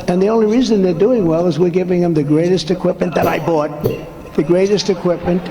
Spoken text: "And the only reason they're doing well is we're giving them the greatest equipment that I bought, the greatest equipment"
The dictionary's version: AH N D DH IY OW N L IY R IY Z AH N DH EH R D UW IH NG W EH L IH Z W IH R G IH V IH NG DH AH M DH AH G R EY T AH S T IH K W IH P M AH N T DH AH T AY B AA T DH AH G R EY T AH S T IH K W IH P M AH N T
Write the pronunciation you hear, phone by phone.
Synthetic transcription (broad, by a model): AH N DH IY OW N L IY R IY Z AH N DH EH R D UW IH NG W EH L IH Z W IH R G IH V IH NG DH AH M DH AH G R EY T AH S T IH K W IH P M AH N DH AH T AY B AA T DH AH G R EY T AH S T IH K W IH P M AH N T